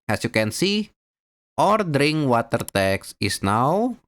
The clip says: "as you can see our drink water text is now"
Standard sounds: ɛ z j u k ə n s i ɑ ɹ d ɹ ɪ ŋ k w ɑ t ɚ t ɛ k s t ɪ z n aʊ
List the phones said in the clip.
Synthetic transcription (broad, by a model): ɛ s j u k ə n s i ɑ ɹ d ɹ ɪ ŋ k w ɑ t ɚ t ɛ k s ɪ s n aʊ